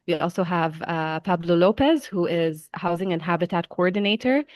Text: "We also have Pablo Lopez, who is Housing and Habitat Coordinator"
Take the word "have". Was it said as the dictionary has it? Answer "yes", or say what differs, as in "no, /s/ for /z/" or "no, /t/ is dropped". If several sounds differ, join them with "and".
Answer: yes